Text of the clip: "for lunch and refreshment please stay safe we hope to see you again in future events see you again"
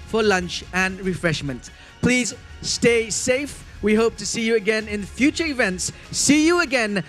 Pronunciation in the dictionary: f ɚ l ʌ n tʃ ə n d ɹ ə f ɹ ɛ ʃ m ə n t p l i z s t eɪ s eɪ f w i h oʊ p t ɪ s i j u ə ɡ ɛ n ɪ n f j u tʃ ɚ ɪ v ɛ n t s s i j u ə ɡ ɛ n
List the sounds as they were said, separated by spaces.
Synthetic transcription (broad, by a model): f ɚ l ʌ n tʃ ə n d ɹ ə f ɹ ɛ ʃ m ə n t p l i z s t eɪ s eɪ f w i h oʊ p t ɪ s i j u ə ɡ ɛ n ɪ n f j u tʃ ɚ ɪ v ɛ n t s s i j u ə ɡ ɛ n